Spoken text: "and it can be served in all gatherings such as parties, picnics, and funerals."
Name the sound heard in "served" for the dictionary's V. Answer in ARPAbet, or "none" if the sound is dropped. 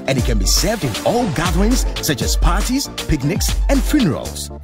V